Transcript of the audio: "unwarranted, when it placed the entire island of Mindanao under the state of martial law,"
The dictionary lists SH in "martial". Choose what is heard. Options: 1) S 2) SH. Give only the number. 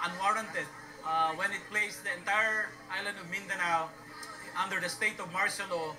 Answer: 1